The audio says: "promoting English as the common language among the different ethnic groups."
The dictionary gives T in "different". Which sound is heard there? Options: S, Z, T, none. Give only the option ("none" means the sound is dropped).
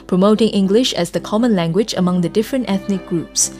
T